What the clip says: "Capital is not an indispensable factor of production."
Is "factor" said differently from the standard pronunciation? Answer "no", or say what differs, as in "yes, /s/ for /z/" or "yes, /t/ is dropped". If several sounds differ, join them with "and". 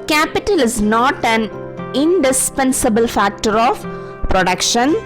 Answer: no